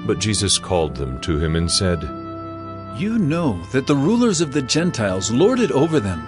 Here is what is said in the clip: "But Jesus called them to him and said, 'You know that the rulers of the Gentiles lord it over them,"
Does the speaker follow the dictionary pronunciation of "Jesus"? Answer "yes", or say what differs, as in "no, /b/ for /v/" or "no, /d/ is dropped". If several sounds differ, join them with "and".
yes